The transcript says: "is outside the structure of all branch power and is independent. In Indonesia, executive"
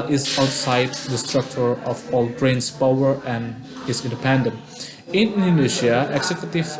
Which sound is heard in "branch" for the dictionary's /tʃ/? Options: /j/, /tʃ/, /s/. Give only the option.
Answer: /s/